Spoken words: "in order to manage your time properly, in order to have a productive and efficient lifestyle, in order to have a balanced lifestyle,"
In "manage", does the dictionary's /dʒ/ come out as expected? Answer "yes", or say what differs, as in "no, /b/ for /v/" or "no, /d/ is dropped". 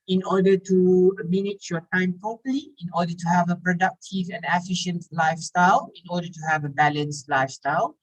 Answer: no, /tʃ/ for /dʒ/